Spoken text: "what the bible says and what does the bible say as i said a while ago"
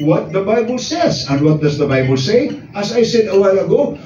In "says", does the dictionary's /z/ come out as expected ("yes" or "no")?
yes